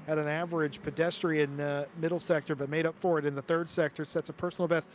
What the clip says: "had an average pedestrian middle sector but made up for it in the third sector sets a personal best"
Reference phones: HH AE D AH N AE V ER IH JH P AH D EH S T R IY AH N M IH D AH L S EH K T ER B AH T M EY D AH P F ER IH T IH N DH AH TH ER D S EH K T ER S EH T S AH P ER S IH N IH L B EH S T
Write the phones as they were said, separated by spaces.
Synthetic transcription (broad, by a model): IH D N AE V ER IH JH P AH D EH S T R IY AH N M IH D L S EH K T ER B AH T M EY D AH P F ER IH T IH N DH AH TH ER D S EH K T ER S EH T S AH P ER S N L B EH S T